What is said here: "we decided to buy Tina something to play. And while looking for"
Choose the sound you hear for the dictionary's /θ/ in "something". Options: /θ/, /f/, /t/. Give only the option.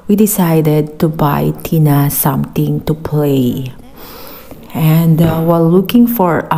/t/